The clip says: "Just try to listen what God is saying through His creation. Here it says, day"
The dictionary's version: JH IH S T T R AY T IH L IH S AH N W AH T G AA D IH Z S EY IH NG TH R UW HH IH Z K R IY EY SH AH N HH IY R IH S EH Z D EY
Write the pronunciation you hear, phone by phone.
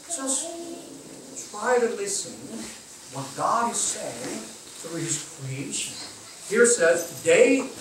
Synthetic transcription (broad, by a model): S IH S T T R AY T IH L IH S AH N W AH T G AA D IH Z S EY IH NG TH UW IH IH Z K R IY EY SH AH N HH IY R S EH Z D EY